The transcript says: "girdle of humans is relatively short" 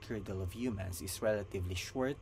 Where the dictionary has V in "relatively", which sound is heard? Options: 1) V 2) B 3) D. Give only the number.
1